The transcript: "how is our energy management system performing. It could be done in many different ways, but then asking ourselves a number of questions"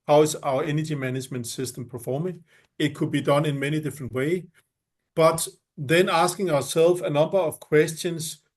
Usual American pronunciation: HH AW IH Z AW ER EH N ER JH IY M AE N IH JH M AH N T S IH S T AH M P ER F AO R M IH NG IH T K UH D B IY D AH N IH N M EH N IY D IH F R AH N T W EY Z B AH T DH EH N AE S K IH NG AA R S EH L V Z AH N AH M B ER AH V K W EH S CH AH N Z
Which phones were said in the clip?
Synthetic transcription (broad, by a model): HH AW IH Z AW ER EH N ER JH IY M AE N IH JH M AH N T S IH S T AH M P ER F AO M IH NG IH T K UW D B IY D AH N IH N M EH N IY D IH F R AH N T W EY B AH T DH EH N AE S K IH NG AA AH S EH L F AH N AH M B ER AH V K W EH S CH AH N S